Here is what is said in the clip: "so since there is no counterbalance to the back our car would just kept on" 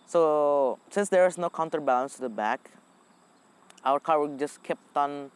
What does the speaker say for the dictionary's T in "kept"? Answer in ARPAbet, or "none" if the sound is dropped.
T